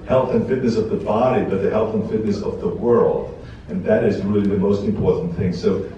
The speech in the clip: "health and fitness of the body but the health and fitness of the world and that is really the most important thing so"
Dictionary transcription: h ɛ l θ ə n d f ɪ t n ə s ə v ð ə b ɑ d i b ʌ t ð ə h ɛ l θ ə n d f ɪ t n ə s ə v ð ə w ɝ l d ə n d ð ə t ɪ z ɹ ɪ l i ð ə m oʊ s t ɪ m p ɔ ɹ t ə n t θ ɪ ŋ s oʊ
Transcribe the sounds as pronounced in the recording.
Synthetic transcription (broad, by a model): h ɛ l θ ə n f ɪ t n ə s ə v ð ə b ɑ d i b ʌ t ð ə h ɛ l θ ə n f ɪ t n ə s ə v ð ə w ɝ l d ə n ð ə t ɪ z ɹ ɪ l i ð ə m oʊ s t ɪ m p ɔ ɹ t n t θ ɪ ŋ s oʊ